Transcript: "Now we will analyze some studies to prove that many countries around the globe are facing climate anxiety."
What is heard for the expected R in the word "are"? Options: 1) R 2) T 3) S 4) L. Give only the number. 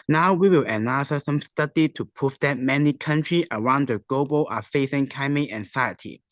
4